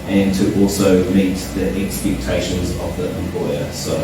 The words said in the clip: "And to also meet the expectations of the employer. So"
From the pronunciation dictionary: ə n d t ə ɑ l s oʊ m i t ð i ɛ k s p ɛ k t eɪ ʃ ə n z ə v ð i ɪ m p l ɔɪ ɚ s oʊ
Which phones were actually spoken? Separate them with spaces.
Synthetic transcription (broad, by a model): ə n t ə ɑ l s oʊ m i t ð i ɛ k s p ɛ k t eɪ ʃ ə n z ə v ð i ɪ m p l ɔɪ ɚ s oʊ